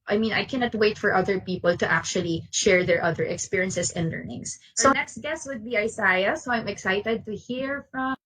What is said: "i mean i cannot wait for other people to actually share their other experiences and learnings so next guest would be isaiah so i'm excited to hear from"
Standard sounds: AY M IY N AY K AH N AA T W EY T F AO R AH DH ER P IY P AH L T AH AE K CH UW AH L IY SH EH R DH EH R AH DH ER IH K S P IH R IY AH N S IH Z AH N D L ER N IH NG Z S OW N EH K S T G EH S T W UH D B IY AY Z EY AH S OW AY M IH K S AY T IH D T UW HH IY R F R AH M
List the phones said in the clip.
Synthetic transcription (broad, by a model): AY M IY N AY K AH N AA T W EY T F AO R AH DH ER P IY P AH L T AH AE K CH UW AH L IY SH EH R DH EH R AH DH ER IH K S P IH R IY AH N S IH S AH N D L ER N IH NG S OW N EH K S T G EH S T W UH D B IY AY S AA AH S OW AY M IH K S AY T IH D T UW HH IY R F R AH M